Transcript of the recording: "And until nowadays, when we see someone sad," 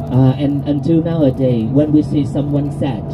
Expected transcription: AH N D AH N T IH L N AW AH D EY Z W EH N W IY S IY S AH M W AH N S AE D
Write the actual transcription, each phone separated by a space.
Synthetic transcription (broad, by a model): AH N AH N T IH L N AW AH D EY W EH N W IY S IY S AH M W AH N S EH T